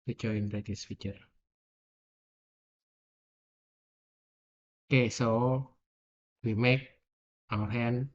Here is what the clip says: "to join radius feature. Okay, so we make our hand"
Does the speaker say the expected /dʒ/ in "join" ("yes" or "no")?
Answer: no